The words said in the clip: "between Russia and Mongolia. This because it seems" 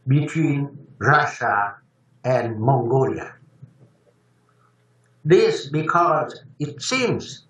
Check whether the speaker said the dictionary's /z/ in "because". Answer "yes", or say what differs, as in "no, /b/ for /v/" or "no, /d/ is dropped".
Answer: yes